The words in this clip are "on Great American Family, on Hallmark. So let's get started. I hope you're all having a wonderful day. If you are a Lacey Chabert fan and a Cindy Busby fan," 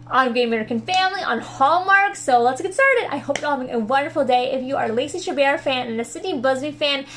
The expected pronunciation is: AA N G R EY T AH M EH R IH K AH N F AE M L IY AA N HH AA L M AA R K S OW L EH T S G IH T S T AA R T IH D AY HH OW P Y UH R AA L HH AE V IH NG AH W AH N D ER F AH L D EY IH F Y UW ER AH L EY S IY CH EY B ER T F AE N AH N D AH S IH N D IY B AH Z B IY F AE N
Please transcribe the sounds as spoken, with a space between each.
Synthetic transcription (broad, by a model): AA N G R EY M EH R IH K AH N F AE M L IY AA N HH AA L M AA R K S OW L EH T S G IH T S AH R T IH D AY HH OW P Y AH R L HH AE V IH NG AH W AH N D ER F L D EY IH F Y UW ER L EY S IY SH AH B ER F AE N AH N AH S IH D IY B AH Z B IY F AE N